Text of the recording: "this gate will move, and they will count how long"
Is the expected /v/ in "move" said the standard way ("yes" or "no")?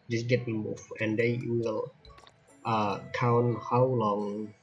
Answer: no